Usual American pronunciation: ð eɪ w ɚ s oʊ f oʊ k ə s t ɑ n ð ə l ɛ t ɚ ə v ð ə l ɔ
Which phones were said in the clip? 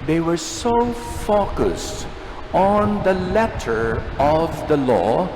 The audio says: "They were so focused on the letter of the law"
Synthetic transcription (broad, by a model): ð eɪ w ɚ s oʊ f oʊ k ə s t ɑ n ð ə l ɛ t ɚ ə v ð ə l ɔ